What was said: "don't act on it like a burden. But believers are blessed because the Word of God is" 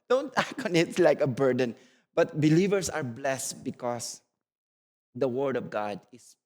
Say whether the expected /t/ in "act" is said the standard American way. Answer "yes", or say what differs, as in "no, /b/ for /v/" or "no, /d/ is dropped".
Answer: no, /t/ is dropped